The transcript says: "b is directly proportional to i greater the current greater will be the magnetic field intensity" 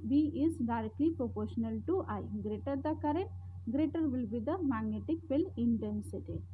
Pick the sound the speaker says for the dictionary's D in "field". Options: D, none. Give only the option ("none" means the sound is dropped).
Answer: none